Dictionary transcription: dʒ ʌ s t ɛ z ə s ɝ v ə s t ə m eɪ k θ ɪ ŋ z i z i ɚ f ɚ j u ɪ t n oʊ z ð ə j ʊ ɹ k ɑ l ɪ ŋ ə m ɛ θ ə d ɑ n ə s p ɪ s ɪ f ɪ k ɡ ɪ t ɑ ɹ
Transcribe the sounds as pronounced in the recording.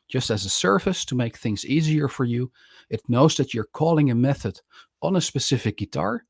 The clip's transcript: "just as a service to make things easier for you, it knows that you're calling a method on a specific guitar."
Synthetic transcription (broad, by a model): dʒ ʌ s t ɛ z ə s ɝ f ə s t ə m eɪ k θ ɪ ŋ z i z i ɚ f ɚ j u ɪ t n oʊ z ð ə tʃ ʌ ɹ k ɑ l ɪ ŋ ə m ɛ θ ə d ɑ n ə s p ɪ s ɪ f ɪ k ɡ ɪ t ɑ ɹ